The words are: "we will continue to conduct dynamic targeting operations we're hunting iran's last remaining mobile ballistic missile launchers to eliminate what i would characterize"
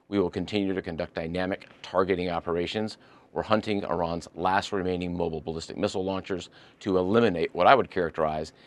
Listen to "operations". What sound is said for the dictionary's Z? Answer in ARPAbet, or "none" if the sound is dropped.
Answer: Z